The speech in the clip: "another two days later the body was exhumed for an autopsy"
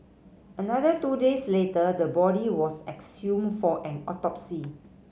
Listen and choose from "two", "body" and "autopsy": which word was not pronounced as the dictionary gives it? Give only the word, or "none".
none